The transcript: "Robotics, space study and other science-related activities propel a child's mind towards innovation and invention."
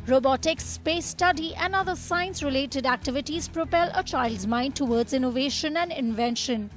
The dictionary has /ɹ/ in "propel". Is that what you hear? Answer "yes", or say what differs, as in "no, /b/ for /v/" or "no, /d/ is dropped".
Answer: yes